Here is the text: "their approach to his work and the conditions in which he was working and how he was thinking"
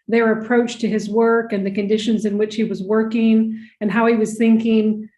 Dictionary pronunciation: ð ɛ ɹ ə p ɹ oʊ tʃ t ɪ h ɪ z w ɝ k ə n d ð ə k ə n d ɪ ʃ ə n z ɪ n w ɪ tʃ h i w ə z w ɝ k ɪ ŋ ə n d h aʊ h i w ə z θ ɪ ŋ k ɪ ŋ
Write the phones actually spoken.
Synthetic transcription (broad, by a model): ð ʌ ɹ ə p ɹ oʊ tʃ t ɪ ɪ z w ɝ k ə n ð ə k ə n d ɪ ʃ ə n z ɪ n w ɪ tʃ h i w ə z w ɝ k ɪ ŋ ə n h aʊ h i w ə z θ ɪ ŋ k ɪ ŋ